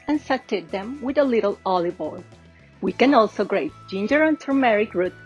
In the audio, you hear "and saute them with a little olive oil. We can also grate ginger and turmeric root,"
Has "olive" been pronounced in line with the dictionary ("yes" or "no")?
no